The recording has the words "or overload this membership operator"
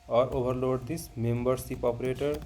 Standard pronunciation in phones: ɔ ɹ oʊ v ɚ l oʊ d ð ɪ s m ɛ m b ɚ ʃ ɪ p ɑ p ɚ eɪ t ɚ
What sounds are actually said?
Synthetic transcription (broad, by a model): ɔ ɹ oʊ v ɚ l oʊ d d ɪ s m ɛ m b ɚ s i p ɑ p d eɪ t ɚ